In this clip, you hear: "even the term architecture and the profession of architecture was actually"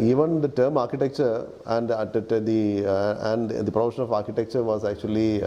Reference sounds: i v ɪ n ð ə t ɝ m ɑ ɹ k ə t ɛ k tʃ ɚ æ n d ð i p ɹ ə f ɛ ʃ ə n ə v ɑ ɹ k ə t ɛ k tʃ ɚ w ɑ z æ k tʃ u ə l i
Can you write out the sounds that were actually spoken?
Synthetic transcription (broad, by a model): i v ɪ n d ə t ɝ m ɑ ɹ k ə t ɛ k tʃ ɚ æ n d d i p ɹ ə p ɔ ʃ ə n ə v ɑ ɹ k ə t ɛ k tʃ ɚ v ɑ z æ k tʃ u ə l i